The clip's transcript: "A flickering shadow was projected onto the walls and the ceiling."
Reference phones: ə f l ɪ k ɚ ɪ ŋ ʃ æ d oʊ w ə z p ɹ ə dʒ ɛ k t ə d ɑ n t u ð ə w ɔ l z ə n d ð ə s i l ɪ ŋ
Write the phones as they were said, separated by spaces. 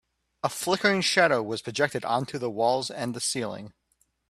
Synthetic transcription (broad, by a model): ə f l ɪ k ɚ ɪ ŋ ʃ æ d oʊ w ə z p ɹ ə dʒ ɛ k t ə d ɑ n t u ð ə w ɔ l z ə n ð ə s i l ɪ ŋ